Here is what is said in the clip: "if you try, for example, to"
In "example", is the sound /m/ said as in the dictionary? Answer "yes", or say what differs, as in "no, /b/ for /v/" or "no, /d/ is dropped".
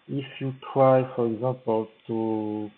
no, /m/ is dropped